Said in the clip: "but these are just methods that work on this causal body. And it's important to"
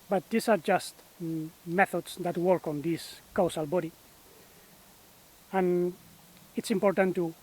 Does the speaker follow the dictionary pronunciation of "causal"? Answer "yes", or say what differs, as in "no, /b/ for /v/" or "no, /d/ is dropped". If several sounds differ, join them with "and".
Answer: no, /s/ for /z/